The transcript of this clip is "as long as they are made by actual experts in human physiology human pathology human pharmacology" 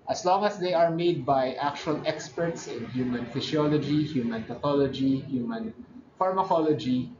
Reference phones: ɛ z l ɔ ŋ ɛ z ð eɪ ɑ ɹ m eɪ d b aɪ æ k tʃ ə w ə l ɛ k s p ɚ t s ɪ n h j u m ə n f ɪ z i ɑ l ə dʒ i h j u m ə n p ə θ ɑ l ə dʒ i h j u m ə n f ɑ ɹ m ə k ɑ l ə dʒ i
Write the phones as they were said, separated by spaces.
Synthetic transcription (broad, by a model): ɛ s l ɔ ŋ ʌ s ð eɪ ɑ ɹ m eɪ d b aɪ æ k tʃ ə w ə l ɛ k s p ɚ t s ɪ n h j u m ə n f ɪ s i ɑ l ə dʒ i h j u m ə n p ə t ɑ l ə dʒ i h j u m ə n f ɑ ɹ m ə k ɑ l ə dʒ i